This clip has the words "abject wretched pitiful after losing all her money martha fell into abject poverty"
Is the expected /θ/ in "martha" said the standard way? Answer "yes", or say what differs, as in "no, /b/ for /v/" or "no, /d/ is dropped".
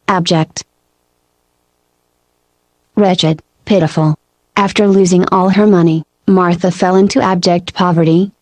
yes